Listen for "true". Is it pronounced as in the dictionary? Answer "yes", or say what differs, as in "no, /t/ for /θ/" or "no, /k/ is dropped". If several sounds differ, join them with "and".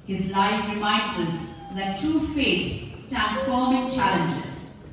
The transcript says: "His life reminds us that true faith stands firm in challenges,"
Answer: no, /ɹ/ is dropped